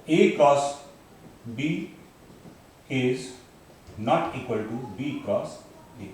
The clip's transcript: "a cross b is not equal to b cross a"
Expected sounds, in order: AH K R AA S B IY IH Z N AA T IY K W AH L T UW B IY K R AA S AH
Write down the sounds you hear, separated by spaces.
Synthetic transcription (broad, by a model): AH K AA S B IY IH Z N AA T IY K W AH L T UW B IY K AA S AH